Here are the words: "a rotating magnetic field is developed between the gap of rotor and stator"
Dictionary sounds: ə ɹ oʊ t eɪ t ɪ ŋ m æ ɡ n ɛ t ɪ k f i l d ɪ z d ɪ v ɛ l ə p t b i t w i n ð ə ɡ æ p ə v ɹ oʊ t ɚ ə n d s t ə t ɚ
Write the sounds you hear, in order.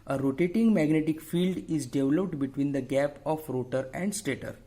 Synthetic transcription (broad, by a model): ə ɹ oʊ t eɪ t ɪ ŋ m æ ɡ n ɛ t ɪ k f i l d ɪ z d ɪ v l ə p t b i t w i n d ə ɡ æ p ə f ɹ oʊ t ɚ ə n d s t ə t ɚ